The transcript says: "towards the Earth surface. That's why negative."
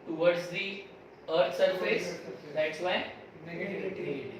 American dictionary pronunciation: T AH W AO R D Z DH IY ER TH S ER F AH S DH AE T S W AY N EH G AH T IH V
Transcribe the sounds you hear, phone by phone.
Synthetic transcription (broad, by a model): T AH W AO R D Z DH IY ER T S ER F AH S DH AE T S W AY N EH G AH